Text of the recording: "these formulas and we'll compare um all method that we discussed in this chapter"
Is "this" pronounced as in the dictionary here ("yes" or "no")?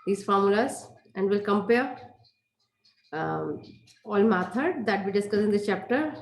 no